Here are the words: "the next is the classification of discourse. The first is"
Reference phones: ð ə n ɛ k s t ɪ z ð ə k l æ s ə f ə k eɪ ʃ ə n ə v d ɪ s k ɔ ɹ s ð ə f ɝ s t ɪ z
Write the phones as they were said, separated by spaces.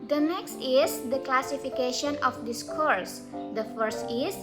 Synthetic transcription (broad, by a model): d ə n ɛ k s t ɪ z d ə k l æ s ə f ə k eɪ ʃ ə n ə f d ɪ s k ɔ ɹ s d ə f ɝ s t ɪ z